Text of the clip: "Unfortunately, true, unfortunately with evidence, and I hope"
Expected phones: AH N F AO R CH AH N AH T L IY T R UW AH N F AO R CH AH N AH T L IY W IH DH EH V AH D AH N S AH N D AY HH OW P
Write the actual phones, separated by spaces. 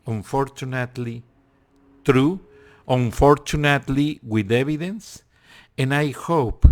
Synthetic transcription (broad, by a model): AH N F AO R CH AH N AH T L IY T R UW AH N F AO R CH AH N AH T L IY W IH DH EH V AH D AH N S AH N AY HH OW P